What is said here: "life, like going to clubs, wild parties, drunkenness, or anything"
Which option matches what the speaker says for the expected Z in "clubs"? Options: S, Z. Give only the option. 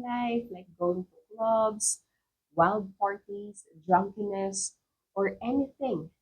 S